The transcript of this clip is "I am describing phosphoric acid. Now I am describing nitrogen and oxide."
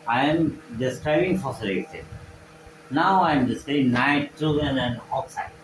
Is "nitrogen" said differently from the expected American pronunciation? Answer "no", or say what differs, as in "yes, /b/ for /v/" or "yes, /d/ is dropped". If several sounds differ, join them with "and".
yes, /dʒ/ is dropped